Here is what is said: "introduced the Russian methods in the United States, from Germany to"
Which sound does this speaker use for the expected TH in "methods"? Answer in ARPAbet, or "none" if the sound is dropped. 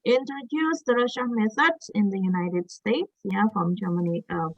S